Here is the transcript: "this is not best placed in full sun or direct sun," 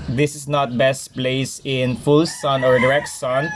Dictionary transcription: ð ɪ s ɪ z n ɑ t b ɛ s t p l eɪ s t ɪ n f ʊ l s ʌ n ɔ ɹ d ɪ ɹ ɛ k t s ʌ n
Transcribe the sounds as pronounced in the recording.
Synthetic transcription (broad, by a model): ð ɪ s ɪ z n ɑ t b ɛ s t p l eɪ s ɪ n f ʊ l s ʌ n ɔ ɹ d ɪ ɹ ɛ k t s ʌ n